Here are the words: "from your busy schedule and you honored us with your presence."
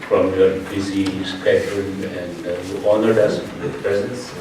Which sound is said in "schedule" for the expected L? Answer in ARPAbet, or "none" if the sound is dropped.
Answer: N